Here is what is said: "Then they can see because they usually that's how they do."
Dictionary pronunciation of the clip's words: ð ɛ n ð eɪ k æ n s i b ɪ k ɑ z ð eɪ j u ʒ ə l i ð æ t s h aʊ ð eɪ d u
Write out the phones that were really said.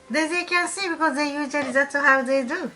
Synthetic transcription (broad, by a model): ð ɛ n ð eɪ k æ n s i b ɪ k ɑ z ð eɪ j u z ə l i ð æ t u h aʊ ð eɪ d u